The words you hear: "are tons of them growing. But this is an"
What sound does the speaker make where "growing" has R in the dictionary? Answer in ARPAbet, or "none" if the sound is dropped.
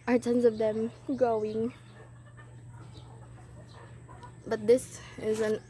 none